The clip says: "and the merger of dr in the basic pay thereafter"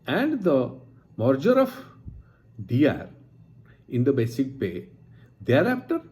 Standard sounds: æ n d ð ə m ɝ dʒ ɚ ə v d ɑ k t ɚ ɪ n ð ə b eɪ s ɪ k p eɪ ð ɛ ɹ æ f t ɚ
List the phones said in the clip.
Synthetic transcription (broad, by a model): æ n d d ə m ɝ dʒ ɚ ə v d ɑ t ɪ n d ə b eɪ s ɪ k p eɪ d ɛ ɹ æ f t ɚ